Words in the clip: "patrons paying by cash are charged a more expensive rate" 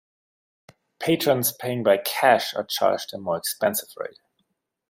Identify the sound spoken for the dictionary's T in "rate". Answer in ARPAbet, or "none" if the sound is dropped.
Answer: none